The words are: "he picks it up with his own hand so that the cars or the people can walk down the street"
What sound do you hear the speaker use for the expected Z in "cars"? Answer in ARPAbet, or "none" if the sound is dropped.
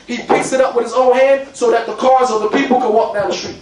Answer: Z